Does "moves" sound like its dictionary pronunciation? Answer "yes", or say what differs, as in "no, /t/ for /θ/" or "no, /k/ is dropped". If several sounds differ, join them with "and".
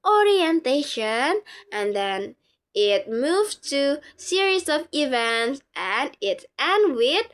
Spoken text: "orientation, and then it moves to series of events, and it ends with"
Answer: no, /z/ is dropped